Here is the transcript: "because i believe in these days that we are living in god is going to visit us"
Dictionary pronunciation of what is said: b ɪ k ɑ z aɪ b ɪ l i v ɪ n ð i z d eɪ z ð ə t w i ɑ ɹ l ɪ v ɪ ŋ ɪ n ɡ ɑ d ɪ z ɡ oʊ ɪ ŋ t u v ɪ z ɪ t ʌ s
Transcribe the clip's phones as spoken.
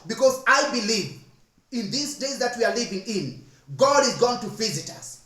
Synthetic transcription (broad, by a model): b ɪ k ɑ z aɪ b ɪ l i v ɪ n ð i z d eɪ z ð ə t w i ɑ ɹ l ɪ v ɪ ŋ ɪ n ɡ ɑ d ɪ z ɡ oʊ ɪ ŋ t u v ɪ z ɪ t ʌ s